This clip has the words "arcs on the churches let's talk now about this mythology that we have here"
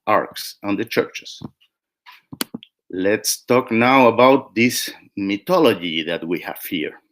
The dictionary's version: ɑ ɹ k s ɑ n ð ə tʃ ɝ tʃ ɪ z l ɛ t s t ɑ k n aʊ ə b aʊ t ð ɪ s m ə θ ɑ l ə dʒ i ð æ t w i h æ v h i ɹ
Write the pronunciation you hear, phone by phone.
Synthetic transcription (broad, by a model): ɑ ɹ k s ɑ n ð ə tʃ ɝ tʃ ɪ s l ɛ t s t ɑ k n aʊ ə b aʊ t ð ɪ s m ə t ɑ l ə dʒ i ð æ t w i h æ v h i ɹ